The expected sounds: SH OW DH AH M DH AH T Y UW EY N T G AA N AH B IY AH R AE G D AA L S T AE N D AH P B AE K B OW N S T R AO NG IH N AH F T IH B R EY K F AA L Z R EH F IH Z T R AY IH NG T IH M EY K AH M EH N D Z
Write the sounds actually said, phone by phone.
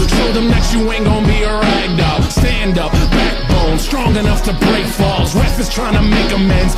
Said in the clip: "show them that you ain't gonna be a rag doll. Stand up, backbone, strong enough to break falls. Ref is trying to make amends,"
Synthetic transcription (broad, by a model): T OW DH AH M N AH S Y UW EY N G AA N B IY AH R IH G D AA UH S T AE N D AH P B AE K B OW N S T R AO NG IH N AH F T IH B R EY K F AA L Z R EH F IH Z T R AY IH NG T IH M EY K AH M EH N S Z